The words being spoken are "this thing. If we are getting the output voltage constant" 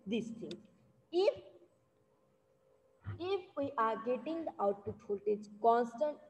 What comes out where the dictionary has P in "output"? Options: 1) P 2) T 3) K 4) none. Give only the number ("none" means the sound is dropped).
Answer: 4